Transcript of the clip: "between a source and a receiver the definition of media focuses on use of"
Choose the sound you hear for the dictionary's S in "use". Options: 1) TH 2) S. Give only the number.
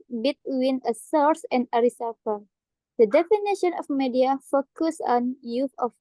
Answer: 1